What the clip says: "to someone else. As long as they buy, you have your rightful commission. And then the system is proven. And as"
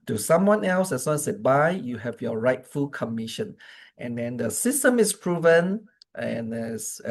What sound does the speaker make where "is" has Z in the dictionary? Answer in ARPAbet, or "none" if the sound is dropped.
S